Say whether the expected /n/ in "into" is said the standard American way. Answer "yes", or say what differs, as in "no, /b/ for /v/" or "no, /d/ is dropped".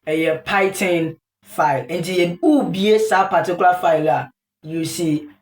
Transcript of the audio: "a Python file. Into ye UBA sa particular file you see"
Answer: yes